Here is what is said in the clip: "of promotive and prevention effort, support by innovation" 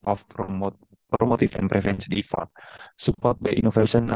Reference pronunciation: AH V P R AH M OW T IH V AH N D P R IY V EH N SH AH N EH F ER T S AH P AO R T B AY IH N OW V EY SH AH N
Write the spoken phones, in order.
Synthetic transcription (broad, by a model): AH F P R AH M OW T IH F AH N P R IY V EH N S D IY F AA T S AH P AO R T B AY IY N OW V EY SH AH N